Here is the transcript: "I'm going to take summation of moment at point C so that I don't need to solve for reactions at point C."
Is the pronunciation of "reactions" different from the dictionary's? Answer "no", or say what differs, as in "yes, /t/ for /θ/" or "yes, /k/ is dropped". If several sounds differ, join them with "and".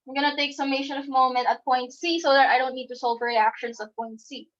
yes, /s/ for /z/